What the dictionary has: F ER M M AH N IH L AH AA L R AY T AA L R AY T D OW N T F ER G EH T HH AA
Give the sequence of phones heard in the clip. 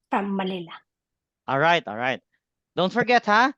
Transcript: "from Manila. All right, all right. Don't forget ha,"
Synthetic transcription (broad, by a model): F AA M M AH L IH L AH AA L R AY T AA L R AY T D OW N T F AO G EH T HH AA